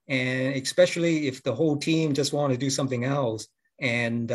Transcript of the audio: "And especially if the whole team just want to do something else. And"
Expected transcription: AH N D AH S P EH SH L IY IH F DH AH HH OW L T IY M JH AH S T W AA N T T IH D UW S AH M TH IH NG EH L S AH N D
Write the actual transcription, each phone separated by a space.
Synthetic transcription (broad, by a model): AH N AH S P EH SH L IY IH F DH AH HH OW L T IY M JH AH S T W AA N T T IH D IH S AH M TH IH NG EH L S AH N